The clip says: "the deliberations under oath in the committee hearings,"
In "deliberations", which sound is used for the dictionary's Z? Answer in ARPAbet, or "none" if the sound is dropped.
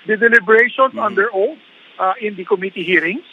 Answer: S